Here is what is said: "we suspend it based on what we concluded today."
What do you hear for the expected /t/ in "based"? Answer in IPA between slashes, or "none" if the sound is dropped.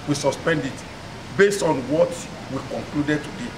/t/